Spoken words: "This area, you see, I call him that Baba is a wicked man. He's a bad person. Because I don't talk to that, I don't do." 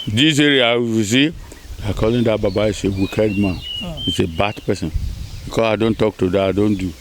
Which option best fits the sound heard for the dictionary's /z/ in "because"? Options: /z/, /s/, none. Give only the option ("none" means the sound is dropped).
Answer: /s/